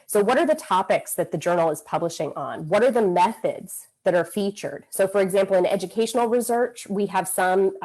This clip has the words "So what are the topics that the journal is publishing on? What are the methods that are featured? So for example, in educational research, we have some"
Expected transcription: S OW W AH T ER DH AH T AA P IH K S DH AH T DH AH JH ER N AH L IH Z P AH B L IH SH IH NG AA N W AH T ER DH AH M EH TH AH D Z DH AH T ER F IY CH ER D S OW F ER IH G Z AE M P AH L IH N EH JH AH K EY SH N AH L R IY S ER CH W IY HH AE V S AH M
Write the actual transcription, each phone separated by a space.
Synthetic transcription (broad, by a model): S OW W AH T ER DH AH T AA P IH K S DH AH T DH AH JH ER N L IH Z P AH B L IH SH IH NG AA N W AH T ER DH AH M EH TH AH D Z DH AH T ER F IY CH ER D S OW F ER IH G Z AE M P L IH N EH JH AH K EY SH N L R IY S ER CH W IY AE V S AH M